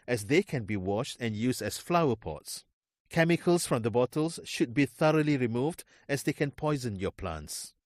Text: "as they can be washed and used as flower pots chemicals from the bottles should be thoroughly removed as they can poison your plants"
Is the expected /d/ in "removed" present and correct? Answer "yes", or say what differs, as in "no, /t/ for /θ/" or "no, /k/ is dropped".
yes